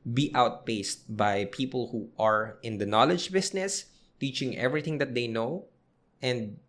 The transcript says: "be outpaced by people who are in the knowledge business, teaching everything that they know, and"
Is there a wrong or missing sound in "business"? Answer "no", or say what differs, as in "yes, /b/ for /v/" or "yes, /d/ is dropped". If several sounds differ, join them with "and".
yes, /s/ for /z/